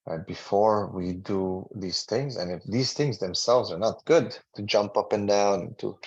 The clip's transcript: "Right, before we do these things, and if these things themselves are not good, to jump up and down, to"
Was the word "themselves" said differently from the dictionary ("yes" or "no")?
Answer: no